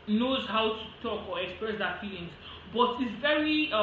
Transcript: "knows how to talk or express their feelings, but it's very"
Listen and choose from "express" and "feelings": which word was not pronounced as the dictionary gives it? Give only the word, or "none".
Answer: feelings